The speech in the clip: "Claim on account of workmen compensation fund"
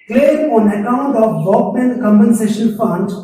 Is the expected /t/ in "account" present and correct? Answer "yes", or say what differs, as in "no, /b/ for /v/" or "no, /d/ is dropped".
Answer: yes